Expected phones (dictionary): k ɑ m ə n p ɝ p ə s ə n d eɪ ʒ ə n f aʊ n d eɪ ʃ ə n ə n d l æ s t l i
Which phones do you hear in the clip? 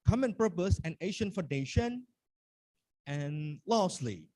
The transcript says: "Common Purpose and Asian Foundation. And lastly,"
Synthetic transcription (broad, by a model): k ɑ m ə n p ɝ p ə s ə n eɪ ʃ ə n f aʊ n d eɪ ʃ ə n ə n l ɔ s l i